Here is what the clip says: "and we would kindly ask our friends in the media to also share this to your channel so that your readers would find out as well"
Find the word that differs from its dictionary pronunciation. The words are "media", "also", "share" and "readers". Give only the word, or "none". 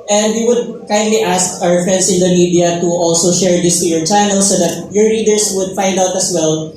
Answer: readers